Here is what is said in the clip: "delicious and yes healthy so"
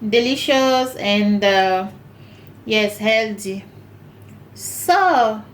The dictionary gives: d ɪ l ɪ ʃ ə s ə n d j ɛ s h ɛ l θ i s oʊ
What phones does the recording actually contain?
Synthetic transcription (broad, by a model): d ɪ l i ʃ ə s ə n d j ɛ s h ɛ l t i s oʊ